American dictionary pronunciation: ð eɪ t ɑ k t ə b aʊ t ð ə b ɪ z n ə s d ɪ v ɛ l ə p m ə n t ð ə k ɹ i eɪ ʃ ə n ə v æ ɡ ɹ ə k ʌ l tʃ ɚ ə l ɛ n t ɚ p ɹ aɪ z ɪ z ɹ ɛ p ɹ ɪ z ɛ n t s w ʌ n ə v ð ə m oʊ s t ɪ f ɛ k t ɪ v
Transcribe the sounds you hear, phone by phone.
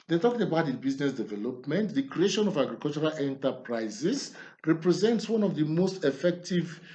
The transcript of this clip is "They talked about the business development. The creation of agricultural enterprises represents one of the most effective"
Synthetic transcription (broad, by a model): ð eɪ t ɑ k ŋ ə b aʊ t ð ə b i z n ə s d ɪ v ɛ l ə p m ə n t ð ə k ɹ i eɪ ʃ ə n ə v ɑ ɡ ɹ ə k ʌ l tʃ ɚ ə l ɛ n t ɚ p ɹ aɪ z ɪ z ɹ ɛ p ɹ ɪ z ɛ n t s w ʌ n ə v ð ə m oʊ s t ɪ f ɛ k t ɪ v